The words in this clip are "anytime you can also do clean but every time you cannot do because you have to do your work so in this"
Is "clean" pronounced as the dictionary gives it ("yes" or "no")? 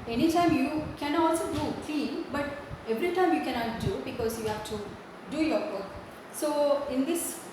no